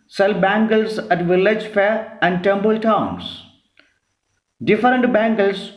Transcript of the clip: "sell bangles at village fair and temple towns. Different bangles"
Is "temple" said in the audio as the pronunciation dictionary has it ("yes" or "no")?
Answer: no